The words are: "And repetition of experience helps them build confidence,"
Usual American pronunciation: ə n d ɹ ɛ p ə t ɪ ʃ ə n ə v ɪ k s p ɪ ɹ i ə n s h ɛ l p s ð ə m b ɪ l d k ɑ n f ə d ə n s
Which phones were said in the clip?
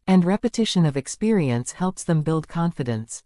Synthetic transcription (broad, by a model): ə n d ɹ ɛ p ə t ɪ ʃ ə n ə v ɪ k s p ɪ ɹ i ə n s h ɛ l p s ð ə m b ɪ l d k ɑ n f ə d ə n s